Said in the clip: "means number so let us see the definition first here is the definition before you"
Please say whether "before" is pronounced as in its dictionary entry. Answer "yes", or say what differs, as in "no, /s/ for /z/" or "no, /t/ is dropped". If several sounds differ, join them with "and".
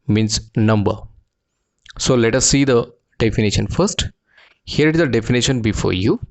yes